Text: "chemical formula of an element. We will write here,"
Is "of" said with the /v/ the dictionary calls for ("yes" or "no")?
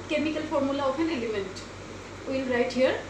no